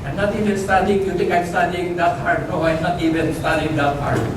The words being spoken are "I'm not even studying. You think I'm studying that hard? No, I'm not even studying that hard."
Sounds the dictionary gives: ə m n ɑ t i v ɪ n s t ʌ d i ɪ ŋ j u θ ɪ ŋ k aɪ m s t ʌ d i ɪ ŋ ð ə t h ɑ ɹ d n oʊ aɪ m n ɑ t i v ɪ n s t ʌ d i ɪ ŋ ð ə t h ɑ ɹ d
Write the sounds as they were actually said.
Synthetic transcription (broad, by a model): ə n ɑ t i v ɪ n s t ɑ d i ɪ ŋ j u t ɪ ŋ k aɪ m s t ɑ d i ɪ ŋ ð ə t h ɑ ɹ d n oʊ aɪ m n ɑ t i v ɪ n s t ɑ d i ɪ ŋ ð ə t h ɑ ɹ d